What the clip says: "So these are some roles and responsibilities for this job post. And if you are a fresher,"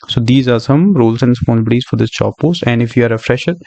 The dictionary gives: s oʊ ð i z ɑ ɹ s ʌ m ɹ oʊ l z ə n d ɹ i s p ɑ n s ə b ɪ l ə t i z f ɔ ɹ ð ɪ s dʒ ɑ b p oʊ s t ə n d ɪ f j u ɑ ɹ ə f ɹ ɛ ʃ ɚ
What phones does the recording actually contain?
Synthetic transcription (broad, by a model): s oʊ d i z ɑ ɹ s ʌ m ɹ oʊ l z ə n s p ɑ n ə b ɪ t i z f ɔ ɹ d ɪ s tʃ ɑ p p oʊ s t ə n d ɪ f j u ɑ ɹ ə f ɹ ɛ ʃ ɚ